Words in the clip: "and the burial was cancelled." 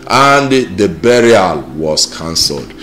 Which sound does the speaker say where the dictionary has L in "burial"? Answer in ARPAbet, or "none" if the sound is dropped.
L